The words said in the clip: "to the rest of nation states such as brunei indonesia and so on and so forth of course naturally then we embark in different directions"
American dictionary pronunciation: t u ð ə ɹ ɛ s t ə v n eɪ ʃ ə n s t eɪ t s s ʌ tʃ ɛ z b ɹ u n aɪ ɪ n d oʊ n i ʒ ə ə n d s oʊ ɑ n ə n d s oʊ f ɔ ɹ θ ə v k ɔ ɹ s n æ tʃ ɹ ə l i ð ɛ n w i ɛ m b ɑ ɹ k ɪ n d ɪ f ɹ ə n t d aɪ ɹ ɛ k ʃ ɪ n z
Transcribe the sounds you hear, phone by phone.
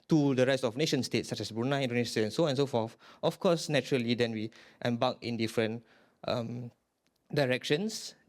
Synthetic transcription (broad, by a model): t u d ə ɹ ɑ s ə f n eɪ ʃ ə n s t eɪ t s s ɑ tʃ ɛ s b ɹ u n aɪ n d oʊ n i s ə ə n s oʊ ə n s oʊ f ɔ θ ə f k ɔ s n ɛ tʃ ɹ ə l i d ɛ n w i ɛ m b ɑ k ɪ n d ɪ f ɹ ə n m d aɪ ɹ ɛ k ʃ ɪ n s